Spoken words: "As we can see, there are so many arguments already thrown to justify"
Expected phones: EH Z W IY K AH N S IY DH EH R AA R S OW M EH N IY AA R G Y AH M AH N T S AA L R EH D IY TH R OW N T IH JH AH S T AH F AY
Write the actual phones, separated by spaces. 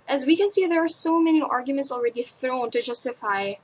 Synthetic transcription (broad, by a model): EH Z W IY K AH N S IY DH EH R AA R S OW M EH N IY AA R G Y AH M AH N T S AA L R EH D IY TH R OW N T IH JH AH S T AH F AY